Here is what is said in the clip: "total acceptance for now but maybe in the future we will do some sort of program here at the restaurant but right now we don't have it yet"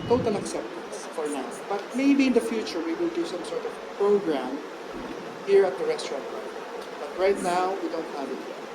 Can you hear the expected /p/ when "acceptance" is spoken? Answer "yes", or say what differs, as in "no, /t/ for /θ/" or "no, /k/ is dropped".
yes